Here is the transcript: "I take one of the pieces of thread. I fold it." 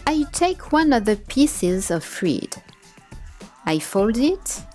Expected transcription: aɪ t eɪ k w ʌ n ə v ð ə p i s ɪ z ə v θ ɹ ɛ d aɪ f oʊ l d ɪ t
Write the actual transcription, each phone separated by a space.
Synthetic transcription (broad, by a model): aɪ t eɪ k w ʌ n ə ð ð ə p i s ɪ z ə v f ɹ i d aɪ f oʊ l d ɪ t